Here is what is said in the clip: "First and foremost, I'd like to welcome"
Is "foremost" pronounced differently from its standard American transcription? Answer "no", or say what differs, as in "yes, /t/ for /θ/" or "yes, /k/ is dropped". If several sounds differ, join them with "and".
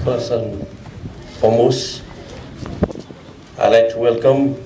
yes, /t/ is dropped